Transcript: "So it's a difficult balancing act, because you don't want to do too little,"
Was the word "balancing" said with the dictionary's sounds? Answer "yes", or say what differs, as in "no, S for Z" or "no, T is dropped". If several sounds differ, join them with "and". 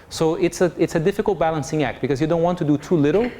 yes